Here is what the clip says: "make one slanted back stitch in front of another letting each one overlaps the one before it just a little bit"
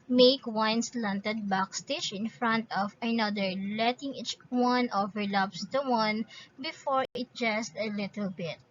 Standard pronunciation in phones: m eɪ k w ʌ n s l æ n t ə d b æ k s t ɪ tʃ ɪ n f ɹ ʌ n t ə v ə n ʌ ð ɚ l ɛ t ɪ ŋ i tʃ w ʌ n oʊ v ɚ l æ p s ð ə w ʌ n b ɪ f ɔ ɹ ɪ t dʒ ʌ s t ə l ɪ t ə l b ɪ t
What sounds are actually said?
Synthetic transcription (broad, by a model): m eɪ k w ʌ n s l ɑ n t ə d b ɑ k s t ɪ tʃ ɪ n f ɹ ʌ n t ə v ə n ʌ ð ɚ l ɛ t ɪ ŋ i tʃ w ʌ n oʊ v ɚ l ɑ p s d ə w ʌ n b ɪ f ɔ ɹ ɪ t dʒ ʌ s t ə l ɪ t ə l b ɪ t